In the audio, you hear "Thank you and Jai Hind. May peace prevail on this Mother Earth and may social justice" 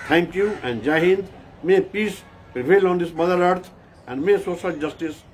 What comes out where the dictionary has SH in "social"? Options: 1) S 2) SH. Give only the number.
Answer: 1